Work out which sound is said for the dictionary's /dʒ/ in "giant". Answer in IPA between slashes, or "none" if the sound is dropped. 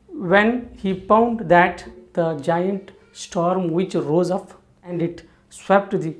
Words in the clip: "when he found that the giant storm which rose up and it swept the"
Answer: /dʒ/